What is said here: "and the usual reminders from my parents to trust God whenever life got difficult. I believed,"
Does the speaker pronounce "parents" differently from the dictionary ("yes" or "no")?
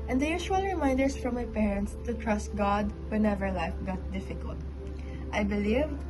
no